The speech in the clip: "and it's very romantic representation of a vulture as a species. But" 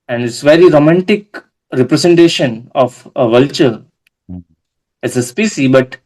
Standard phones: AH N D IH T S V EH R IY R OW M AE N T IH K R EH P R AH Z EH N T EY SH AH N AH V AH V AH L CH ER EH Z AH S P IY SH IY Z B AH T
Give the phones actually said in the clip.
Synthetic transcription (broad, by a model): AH N D IH T S V EH R IY R OW M AE N T IH K R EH P R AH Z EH N T EY SH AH N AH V AH V AH L CH ER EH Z AH S P IY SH IY B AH T